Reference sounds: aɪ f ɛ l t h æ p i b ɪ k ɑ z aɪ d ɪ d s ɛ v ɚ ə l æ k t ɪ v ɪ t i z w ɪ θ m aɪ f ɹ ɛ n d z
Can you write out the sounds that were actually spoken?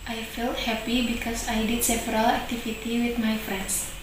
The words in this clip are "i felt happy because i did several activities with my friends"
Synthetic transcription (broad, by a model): aɪ f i l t h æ p i b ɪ k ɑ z aɪ d ɪ d s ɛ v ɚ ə l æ k t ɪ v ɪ t i w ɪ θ m aɪ f ɹ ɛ n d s